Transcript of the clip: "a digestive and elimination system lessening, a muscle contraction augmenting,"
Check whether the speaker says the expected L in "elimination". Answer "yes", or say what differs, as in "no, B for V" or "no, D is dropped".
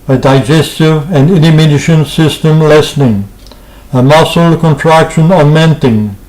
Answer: no, N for L